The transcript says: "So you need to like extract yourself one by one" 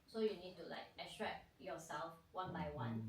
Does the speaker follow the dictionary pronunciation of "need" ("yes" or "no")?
yes